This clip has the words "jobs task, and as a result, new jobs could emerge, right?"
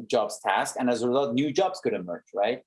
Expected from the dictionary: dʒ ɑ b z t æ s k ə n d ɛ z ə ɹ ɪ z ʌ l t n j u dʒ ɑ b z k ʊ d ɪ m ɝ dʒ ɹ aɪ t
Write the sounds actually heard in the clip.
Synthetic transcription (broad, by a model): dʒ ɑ b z t æ s k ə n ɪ z ə ɹ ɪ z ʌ l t n j u dʒ ɑ b z k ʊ d ɪ m ɝ dʒ ɹ aɪ t